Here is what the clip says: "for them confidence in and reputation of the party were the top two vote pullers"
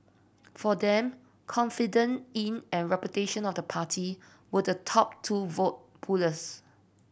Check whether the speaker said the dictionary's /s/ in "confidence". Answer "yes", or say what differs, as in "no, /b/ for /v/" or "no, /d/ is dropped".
no, /s/ is dropped